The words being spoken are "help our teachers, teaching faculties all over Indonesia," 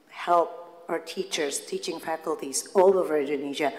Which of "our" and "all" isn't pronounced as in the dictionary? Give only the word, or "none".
none